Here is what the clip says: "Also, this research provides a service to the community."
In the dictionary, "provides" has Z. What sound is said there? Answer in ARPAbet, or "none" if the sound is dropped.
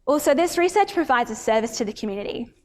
Z